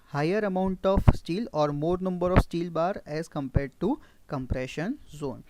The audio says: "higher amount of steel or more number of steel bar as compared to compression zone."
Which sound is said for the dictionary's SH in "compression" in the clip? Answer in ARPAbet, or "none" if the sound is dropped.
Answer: SH